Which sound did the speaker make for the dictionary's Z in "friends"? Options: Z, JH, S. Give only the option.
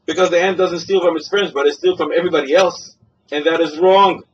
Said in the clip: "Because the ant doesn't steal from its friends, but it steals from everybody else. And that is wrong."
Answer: Z